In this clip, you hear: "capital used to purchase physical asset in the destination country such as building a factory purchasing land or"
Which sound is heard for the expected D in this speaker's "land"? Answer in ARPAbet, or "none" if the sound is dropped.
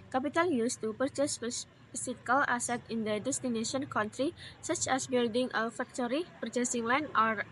none